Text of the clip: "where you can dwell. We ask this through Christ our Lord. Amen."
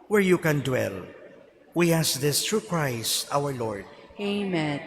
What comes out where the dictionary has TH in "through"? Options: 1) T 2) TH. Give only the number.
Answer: 1